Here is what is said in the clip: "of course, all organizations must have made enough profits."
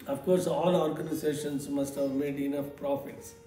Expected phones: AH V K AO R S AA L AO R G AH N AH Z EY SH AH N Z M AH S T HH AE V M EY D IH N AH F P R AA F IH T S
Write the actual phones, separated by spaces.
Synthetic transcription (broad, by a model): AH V K AO R S AA L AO R G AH N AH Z EY SH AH N S M AH S T HH AE V M EY D IH N AH F P R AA F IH T S